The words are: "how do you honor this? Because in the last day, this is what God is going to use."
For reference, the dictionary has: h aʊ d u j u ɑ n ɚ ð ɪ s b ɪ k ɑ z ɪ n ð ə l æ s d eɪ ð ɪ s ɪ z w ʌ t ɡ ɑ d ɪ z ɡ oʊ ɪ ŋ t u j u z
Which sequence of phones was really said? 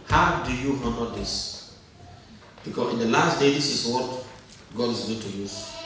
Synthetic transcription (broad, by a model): h aʊ d u j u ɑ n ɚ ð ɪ s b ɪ k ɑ ɪ n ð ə l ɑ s d eɪ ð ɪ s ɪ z w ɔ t ɡ ɑ d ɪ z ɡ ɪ t u j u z